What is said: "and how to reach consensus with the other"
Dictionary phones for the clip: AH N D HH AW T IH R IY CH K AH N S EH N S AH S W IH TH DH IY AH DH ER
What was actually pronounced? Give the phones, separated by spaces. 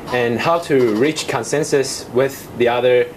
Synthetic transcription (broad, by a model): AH N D HH AW T IH R IY CH K AH N S EH N S AH S W IH DH IY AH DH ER